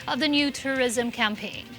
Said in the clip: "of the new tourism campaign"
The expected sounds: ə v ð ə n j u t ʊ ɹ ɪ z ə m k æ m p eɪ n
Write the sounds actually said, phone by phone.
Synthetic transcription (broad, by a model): ə v ð ə n j u t ʊ ɹ ɪ z ə m k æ m p eɪ n